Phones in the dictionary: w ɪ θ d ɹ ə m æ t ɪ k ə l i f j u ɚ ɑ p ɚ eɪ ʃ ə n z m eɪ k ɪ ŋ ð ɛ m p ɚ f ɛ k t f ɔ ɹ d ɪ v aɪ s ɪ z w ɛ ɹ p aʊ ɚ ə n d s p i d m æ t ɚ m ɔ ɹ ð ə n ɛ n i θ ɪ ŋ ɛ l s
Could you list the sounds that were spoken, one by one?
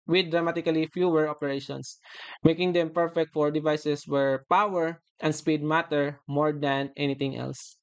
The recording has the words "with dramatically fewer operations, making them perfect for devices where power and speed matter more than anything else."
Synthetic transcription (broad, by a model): w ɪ d ɹ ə m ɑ t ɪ k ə l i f j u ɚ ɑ p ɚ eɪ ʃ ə n s m eɪ k ɪ ŋ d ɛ m p ɚ f ɛ k t f ɔ ɹ d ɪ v aɪ s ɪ s w ɛ ɹ p aʊ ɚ ə n d s p i d m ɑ t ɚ m ɔ ɹ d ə n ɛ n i t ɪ ŋ ɛ l s